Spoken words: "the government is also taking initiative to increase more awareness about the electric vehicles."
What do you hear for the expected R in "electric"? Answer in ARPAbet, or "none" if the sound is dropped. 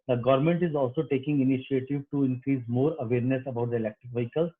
R